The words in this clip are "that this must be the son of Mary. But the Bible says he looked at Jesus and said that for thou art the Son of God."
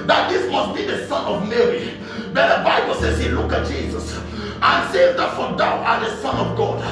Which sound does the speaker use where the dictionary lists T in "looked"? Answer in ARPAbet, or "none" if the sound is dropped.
none